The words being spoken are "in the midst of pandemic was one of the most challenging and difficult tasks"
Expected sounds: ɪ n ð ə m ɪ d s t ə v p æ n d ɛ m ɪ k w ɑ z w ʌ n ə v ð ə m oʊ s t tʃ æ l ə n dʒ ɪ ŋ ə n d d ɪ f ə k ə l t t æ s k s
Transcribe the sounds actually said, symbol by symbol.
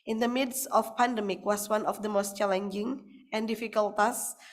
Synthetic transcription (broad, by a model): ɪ n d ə m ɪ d s ə f p æ n d ɛ m ɪ k w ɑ s w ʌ n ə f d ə m oʊ s t tʃ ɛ l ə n dʒ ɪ ŋ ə n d d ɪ f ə k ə l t t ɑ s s